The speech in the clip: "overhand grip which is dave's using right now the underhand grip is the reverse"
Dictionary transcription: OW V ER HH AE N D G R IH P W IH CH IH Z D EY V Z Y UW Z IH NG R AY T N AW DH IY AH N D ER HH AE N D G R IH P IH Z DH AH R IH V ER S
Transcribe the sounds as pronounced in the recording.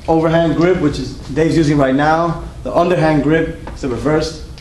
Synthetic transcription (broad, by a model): OW V ER HH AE N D G R IH P W IH CH IH Z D EY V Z Y UW Z IH NG R AY T N AW DH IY AH N D ER HH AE N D G R IH P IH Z DH AH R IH V ER S